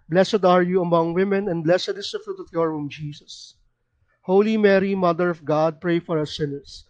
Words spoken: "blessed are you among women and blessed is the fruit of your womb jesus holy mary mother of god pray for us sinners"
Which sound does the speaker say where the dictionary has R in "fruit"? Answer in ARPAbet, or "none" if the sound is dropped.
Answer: R